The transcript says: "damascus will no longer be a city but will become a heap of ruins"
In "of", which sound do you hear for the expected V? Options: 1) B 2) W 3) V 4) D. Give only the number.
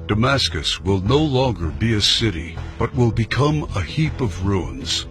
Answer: 3